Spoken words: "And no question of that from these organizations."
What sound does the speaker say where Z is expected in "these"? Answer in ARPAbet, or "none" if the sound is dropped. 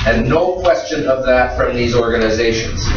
Z